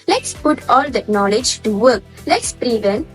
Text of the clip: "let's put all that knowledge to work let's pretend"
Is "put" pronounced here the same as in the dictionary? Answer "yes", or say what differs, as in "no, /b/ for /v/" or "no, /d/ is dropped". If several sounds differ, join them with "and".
yes